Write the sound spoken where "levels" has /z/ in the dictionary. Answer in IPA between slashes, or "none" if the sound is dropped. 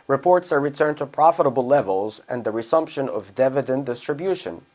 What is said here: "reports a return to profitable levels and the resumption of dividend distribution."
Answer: /z/